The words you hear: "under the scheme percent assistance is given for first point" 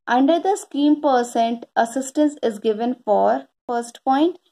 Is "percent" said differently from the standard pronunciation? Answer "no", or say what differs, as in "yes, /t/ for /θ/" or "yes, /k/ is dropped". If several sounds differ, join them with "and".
no